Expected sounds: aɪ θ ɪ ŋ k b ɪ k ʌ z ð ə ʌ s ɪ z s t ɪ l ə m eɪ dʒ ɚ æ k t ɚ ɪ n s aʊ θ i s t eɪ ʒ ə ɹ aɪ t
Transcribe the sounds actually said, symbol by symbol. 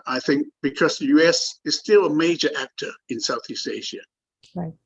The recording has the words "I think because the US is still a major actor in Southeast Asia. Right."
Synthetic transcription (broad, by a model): aɪ θ ɪ ŋ k b ɪ k ʌ z ð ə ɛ s ɪ z s t ɪ l ə m eɪ dʒ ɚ æ k t ɚ ɪ n s aʊ θ i s t eɪ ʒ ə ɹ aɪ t